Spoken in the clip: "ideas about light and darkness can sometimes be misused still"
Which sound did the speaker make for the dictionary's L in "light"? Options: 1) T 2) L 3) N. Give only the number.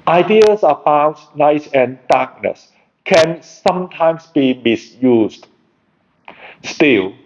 3